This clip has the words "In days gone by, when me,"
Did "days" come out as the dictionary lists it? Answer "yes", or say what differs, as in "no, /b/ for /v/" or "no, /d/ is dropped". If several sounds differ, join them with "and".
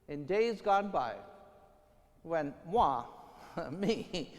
yes